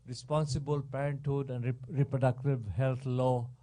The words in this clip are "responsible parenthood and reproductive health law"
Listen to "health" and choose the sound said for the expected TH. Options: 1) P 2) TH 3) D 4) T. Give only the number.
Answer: 4